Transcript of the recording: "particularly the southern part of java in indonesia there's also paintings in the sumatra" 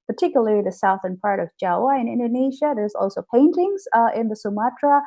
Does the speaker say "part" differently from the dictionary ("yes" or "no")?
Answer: no